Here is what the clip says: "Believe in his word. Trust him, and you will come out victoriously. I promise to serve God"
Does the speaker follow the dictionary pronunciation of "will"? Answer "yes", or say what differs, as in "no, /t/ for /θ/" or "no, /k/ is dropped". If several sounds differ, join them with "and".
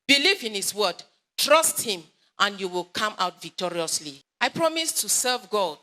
yes